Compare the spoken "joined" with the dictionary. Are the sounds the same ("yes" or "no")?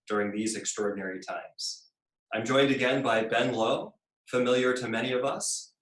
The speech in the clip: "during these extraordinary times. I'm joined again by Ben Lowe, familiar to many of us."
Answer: yes